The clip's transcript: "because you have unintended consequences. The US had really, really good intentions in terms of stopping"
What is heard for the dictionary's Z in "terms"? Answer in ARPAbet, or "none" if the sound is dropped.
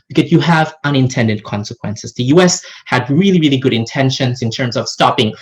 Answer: Z